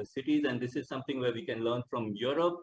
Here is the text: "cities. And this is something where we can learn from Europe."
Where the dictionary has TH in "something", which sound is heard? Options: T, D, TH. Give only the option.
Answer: T